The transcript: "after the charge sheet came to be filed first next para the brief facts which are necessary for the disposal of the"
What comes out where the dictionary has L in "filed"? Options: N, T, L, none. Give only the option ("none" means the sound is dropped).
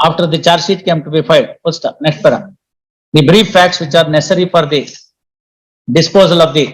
none